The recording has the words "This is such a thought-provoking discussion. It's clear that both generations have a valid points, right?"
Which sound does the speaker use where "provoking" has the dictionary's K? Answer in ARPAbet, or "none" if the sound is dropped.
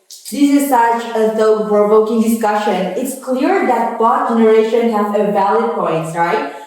K